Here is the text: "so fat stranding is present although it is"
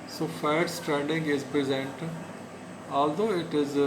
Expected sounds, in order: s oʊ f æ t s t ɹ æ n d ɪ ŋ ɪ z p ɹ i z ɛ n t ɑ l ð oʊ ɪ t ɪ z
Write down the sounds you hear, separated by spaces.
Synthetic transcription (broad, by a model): s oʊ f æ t s t ɹ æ n d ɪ ŋ ɪ z p ɹ i z ɛ n t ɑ l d oʊ ɪ t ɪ z